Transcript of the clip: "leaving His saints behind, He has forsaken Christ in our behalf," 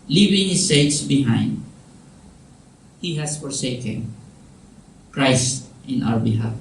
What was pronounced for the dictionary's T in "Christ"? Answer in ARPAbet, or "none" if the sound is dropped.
T